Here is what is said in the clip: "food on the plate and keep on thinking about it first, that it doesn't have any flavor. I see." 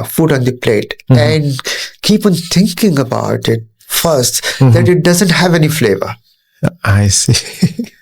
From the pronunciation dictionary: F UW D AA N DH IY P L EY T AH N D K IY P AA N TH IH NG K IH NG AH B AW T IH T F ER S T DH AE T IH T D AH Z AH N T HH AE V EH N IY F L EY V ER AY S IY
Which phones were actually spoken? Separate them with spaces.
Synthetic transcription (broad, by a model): F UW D AA N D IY P L EY T AH N D K IY P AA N T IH NG K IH NG AH B AW T IH T F ER S T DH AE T IH T D AH Z AH N T HH AE V EH N IY F L EY V ER AY S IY